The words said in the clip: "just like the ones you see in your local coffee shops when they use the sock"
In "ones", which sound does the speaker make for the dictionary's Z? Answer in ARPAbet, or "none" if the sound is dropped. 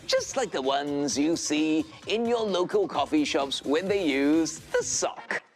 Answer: Z